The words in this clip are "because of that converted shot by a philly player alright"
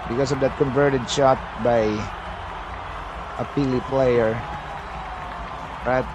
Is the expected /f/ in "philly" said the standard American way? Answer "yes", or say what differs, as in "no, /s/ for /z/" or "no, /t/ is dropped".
no, /p/ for /f/